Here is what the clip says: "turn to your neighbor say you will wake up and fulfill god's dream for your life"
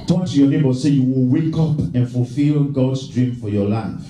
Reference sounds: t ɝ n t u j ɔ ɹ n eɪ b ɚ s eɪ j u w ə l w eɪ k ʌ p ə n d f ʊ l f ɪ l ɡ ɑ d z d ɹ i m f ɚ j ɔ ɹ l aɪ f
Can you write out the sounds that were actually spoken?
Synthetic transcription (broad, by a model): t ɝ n t u j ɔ n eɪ b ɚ s eɪ j u w ə l w eɪ k ʌ p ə n f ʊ l f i l ɡ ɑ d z d ɹ i m f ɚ j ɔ l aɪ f